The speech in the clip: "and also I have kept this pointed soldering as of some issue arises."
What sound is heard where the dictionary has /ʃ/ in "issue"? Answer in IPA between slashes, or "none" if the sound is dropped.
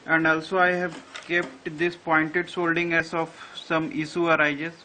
/s/